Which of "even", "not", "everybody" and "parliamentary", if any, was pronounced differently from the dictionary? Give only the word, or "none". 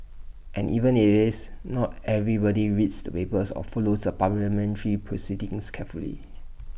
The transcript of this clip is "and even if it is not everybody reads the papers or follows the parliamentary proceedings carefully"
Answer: parliamentary